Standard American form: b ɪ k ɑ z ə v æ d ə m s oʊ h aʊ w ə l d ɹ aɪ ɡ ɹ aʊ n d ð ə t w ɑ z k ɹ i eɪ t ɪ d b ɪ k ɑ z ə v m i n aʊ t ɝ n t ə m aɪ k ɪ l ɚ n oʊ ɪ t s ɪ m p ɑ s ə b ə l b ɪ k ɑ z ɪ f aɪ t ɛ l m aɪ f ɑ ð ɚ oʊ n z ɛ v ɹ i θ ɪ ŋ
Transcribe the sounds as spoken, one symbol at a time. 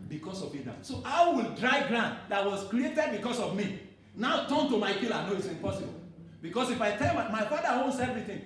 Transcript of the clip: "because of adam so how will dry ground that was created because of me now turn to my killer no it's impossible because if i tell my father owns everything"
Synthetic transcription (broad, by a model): b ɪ k ɑ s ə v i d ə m s oʊ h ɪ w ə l d ɹ aɪ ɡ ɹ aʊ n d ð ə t w ɑ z k ɹ i eɪ t ɪ d b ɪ k ɑ s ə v m i n aʊ t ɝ n t ə m aɪ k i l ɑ n oʊ ɪ t s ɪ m p ɑ s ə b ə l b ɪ k ɑ s ɪ f aɪ t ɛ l m aɪ f ɑ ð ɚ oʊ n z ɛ v ɹ i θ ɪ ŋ